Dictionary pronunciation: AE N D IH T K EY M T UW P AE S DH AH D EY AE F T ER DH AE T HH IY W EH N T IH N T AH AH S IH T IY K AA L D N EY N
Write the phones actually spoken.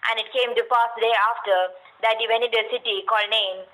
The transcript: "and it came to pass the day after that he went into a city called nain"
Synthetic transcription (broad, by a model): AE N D IH T K EY M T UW P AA S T D EY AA F T ER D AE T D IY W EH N IH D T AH AH S IH T IY K AA L D N EY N